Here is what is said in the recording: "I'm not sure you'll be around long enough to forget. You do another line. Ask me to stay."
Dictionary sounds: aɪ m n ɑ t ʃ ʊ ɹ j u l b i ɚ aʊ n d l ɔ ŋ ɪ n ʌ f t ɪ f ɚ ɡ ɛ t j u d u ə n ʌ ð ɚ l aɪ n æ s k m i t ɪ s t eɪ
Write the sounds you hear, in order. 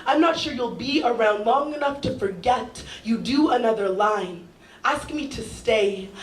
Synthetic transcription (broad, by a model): aɪ m n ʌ t ʃ ʊ ɹ j u l b i ɚ aʊ n d l ɔ ŋ ɪ n ʌ f t ɪ f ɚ ɡ ɛ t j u d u ə n ʌ ð ɚ l aɪ n æ s k m i t ɪ s t eɪ